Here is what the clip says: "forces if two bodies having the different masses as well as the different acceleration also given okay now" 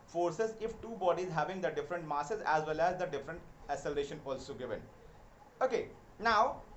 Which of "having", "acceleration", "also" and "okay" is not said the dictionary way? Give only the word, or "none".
acceleration